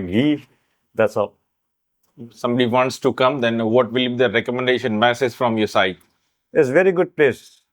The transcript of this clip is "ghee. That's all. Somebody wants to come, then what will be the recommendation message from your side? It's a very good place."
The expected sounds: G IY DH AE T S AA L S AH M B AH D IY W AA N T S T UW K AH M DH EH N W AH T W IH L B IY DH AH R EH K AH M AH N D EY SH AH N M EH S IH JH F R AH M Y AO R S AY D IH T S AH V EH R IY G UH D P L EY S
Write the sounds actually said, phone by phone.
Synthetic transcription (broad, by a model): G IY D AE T S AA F S AH M B AH D IY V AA N T S T UW K AH M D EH N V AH T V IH L B IY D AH R EH K AH M AH N D EY SH AH N M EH S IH Z F R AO M Y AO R S AY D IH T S V EH R IY G UH D P L EY S